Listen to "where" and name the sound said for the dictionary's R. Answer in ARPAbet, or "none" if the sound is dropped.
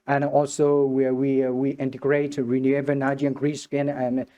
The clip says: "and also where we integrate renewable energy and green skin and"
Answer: W